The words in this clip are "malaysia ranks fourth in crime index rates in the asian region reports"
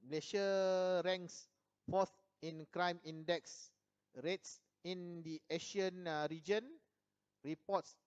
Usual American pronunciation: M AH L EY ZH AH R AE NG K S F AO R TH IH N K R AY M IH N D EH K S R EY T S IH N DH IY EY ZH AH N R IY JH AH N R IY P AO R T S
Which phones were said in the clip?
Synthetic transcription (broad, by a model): M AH L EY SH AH R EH NG K S F AO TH IH N K R AY M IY N D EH K S R EY T S IH N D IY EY SH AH N R IY JH AH N R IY P AO T S